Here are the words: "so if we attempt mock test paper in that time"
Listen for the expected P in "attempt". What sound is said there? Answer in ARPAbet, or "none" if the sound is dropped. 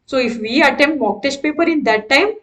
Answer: none